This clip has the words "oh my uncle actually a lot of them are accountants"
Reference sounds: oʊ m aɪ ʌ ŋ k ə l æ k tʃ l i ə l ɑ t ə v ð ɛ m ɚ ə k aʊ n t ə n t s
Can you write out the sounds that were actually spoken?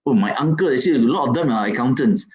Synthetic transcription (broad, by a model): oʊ m aɪ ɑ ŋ k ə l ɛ tʃ i ə l ɑ t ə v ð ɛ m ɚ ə k aʊ n t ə n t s